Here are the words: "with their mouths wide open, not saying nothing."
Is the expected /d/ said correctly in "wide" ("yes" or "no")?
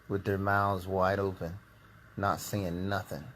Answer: yes